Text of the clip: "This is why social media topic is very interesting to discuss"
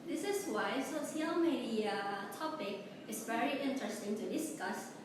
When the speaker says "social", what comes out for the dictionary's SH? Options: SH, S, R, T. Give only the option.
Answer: S